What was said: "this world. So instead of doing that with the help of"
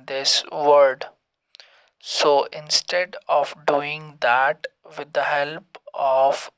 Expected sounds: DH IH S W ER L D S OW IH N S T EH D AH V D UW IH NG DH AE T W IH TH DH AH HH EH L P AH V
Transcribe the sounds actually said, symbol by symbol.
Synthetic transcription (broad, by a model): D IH S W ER D S OW IH N S T EH D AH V D UW IH NG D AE T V IH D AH HH EH L P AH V